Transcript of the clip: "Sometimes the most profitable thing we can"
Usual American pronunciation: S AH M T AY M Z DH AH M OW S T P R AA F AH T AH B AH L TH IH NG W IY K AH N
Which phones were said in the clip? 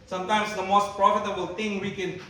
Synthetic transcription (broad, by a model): S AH M T AY M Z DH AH M OW S T P R AA F AH T AH B AH L T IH NG W IY K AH N